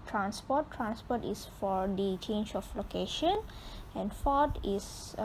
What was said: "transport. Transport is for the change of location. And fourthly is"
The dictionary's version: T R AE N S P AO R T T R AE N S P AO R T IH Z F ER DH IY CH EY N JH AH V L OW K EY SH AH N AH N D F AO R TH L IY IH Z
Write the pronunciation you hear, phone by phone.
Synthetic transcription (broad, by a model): T R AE N S P AO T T R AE N S P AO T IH S F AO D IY CH EY N JH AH F L OW K EY SH AH N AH N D F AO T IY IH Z